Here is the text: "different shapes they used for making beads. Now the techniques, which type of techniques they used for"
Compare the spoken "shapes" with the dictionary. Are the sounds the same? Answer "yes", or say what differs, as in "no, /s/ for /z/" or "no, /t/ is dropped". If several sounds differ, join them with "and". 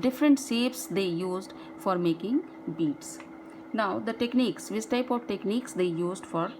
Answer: no, /s/ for /ʃ/